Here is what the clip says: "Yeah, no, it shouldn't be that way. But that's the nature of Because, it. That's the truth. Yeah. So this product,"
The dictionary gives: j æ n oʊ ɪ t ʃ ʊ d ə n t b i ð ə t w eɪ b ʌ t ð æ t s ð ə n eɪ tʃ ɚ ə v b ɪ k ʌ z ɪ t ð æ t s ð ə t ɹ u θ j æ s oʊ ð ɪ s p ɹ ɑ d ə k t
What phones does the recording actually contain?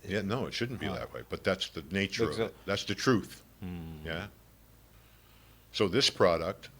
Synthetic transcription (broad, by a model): j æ n oʊ ɪ t ʃ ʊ d n b i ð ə t w eɪ b ʌ t ð æ t s ð ə n eɪ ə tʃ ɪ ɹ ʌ ɪ t ð æ t s ð ə t ɹ u θ j æ s oʊ ð ɪ s p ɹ ɑ d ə k t